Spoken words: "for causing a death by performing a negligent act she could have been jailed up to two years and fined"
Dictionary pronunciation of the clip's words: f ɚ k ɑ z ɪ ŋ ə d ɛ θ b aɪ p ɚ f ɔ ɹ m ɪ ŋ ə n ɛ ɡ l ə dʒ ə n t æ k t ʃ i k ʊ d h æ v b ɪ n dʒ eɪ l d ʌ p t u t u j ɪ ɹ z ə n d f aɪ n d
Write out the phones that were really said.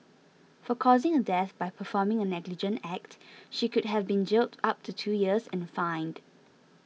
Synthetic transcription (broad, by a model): f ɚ k ɑ z ɪ ŋ ə d ɛ θ b aɪ p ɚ f ɔ m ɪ ŋ ə n ɛ ɡ l ə dʒ ə n t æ k t ʃ i k ʊ d h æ v b ɪ n dʒ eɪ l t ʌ p t u t u j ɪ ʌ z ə n f aɪ n d